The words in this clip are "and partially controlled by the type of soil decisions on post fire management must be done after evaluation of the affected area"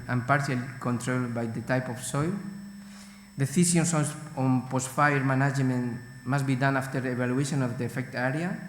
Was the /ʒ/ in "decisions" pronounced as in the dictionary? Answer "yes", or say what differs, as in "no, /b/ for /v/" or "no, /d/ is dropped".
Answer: no, /s/ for /ʒ/